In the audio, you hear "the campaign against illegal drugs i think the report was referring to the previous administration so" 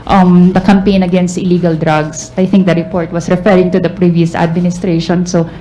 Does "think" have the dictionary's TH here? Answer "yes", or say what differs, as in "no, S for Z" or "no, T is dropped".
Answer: no, T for TH